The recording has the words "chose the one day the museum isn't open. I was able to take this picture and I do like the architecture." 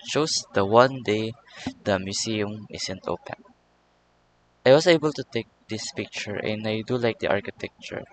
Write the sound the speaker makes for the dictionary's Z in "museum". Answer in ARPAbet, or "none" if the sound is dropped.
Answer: S